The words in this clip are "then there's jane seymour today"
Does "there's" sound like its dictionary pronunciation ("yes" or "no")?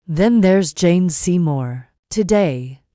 yes